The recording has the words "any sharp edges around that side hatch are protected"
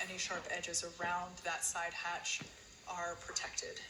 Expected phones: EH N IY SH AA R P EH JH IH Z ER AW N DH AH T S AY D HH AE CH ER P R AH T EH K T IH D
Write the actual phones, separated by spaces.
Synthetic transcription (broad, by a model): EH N IY SH AA R P EH JH IH Z ER AW N DH AH T S AY D HH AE CH ER P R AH T EH K T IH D